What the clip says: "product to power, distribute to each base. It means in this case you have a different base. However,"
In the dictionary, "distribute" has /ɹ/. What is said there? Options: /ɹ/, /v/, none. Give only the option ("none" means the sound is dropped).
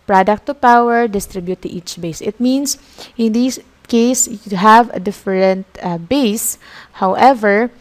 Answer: /ɹ/